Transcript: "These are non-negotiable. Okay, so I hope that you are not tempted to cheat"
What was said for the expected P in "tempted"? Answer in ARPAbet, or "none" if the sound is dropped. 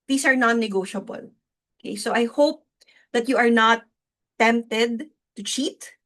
P